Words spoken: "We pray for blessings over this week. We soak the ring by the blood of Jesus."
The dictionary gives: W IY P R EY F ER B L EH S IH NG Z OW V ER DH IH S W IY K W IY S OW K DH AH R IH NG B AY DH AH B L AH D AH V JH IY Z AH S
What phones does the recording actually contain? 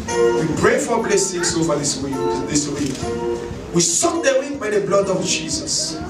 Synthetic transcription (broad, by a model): W IY P R EY F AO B L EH S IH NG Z OW V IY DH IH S W IY K W IY S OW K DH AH W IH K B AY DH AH B L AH D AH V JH IY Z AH S